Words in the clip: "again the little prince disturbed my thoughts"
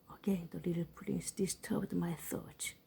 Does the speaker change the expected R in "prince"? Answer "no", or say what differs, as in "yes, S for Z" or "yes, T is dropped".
yes, L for R